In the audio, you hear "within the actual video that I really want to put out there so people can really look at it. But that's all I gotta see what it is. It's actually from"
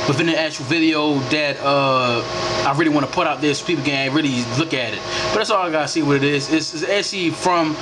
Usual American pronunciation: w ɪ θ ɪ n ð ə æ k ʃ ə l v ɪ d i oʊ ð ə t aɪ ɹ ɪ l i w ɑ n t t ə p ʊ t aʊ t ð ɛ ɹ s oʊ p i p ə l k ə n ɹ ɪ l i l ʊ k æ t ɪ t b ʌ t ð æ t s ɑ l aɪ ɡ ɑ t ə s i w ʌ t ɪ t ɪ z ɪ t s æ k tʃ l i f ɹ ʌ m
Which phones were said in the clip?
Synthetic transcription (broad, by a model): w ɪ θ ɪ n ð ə æ k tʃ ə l v ɪ d i oʊ ð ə t aɪ ɹ ɪ l i w ɑ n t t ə p ʊ t aʊ t ð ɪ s p i p l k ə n ɹ ɪ l i l ʊ k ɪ t ɪ t b ʌ t ð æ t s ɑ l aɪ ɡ ɑ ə s i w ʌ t ɪ t ɪ z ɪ s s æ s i f ɹ ʌ m